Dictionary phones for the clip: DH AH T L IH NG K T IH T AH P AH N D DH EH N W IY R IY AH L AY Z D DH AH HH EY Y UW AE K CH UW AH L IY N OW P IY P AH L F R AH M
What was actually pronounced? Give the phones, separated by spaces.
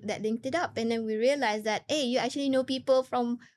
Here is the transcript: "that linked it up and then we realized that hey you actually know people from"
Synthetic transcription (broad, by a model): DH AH T L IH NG T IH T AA P AH N D EH N W IY R IY AH L AY S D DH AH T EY Y UW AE K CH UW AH L IY N OW P IY P AH L F R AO M